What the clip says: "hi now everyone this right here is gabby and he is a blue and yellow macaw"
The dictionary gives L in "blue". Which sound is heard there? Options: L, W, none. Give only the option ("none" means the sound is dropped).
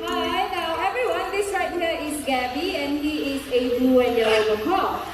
none